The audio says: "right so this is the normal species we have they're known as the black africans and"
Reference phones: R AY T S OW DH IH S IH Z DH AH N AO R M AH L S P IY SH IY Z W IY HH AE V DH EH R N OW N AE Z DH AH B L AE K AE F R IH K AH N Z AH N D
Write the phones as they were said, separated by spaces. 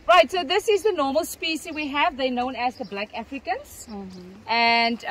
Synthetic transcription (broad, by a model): R AY T S OW DH IH S IH Z DH AH N AO M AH L S P IY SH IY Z W IY HH AE V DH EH N OW N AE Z DH AH B L AE K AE F R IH K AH N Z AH N D